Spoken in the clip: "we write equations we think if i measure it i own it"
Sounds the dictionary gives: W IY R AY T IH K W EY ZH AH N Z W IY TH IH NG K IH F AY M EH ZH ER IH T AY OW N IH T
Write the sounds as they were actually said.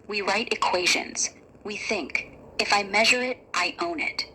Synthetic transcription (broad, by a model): W IY R AY T IH K W EY ZH AH N Z W IY TH IH NG K IH F AY M EH ZH ER IH T AY OW N IH T